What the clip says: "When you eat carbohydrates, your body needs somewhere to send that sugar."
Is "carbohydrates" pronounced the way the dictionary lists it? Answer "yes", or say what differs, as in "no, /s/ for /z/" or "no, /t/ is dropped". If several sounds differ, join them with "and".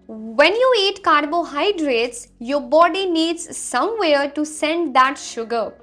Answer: yes